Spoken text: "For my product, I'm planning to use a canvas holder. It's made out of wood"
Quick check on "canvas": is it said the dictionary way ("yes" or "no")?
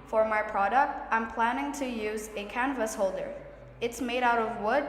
yes